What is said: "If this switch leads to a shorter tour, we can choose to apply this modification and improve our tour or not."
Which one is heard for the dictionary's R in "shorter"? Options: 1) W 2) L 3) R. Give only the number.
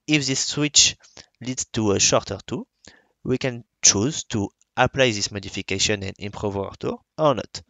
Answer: 3